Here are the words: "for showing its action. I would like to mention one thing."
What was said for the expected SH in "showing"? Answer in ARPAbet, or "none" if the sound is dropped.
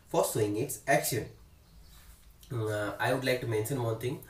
S